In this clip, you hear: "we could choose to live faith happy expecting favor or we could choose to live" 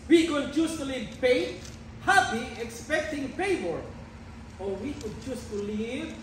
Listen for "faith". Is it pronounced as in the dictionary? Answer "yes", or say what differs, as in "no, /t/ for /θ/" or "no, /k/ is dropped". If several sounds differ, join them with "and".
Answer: no, /p/ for /f/